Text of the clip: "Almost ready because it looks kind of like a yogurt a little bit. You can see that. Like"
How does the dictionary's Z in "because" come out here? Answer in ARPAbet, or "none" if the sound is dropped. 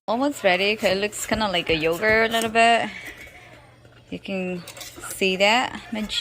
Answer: none